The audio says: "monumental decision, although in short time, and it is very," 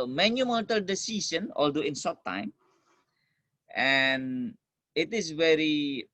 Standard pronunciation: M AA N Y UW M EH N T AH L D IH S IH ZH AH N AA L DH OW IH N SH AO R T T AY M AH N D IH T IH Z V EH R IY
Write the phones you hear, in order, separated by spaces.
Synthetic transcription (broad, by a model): M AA N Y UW M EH N T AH L D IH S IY S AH N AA L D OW IH N S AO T T AY M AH N IH T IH S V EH R IY